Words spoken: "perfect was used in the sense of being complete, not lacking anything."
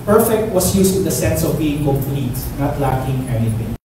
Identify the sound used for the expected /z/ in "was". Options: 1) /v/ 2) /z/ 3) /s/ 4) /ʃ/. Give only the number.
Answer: 3